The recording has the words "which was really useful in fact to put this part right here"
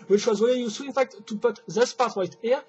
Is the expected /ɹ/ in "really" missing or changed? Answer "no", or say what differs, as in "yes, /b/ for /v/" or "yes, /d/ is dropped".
yes, /w/ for /ɹ/